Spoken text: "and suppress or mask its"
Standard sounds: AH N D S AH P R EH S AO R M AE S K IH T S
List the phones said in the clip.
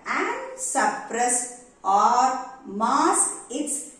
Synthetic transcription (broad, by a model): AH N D S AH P R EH S AO R M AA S IH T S